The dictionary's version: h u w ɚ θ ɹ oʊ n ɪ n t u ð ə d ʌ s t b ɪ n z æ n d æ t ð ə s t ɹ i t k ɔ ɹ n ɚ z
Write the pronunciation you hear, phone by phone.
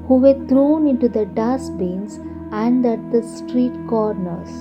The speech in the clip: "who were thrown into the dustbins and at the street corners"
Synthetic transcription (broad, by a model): h u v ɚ t ɹ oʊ n ɪ n t u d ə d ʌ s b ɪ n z æ n d æ t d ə s t ɹ i t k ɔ ɹ n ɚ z